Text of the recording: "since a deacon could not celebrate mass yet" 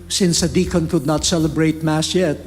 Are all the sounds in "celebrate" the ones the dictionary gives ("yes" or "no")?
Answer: yes